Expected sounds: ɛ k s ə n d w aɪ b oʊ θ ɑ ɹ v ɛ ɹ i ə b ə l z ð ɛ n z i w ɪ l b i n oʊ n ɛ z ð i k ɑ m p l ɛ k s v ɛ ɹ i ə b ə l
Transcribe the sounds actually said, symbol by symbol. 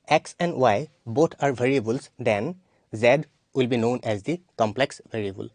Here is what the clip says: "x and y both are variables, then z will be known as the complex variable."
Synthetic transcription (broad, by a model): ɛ k s ə n d w aɪ b oʊ t ɑ ɹ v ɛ ɹ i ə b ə l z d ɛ n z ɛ w ɪ l b i n oʊ n ɛ z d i k ɑ m p l ɛ k s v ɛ ɹ i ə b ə l